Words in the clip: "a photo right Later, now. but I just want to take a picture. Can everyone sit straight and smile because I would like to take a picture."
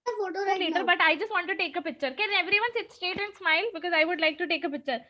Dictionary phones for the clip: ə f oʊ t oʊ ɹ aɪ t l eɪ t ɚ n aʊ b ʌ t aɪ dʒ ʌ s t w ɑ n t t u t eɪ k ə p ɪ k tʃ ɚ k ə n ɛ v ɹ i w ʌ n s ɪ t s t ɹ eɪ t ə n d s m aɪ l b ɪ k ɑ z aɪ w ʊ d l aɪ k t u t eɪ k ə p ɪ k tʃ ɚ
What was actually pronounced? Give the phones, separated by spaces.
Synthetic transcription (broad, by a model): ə f oʊ t oʊ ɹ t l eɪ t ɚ b ʌ t aɪ dʒ ʌ s t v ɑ n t t u t eɪ k ə p ɪ k tʃ ɚ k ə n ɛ v ɹ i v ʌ n s ɪ t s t eɪ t ə n d s m aɪ l b ɪ k ɑ z aɪ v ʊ d l aɪ k t u t eɪ k ə p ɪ k tʃ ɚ